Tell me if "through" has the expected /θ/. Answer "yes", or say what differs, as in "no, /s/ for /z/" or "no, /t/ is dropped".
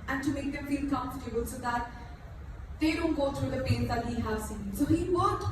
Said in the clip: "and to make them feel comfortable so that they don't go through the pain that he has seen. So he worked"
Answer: no, /t/ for /θ/